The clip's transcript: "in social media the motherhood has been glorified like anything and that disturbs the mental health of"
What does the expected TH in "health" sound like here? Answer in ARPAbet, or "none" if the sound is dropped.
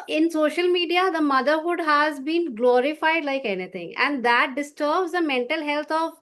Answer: T